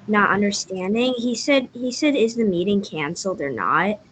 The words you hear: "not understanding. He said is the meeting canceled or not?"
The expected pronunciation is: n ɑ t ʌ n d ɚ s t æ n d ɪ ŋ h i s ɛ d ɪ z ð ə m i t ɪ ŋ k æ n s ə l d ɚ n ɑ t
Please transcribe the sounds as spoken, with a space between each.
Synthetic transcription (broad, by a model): n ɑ t ʌ n d ɚ s t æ n d ɪ ŋ h i s ɛ d ɪ z ð ə m i t ɪ ŋ k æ n s l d ɚ n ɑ t